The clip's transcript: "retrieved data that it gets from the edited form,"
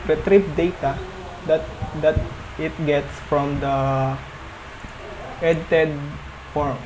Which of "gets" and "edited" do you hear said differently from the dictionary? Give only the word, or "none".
none